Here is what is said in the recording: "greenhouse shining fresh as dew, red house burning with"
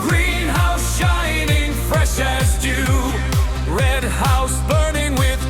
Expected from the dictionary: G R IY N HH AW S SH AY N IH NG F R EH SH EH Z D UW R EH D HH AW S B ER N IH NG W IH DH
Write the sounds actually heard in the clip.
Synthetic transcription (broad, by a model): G R IY N HH AW S SH AY N IH NG F R EH SH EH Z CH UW R EH D HH AW S B ER N IH NG W IH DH